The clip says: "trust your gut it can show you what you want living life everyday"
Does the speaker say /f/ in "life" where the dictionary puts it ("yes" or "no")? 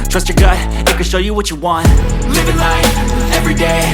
no